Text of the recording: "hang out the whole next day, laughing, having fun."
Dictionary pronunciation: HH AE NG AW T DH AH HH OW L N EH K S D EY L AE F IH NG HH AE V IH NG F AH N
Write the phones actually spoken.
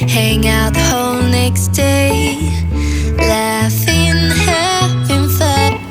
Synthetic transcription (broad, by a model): HH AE NG AW T HH OW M N EH K S D EY L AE F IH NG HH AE F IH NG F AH